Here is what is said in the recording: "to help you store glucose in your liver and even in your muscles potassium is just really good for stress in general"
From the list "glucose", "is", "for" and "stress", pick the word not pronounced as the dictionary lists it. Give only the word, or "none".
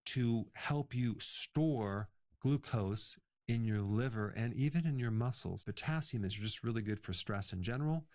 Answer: none